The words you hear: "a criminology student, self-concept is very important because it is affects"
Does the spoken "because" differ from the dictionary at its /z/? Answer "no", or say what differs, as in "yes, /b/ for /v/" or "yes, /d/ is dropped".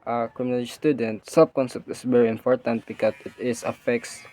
yes, /s/ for /z/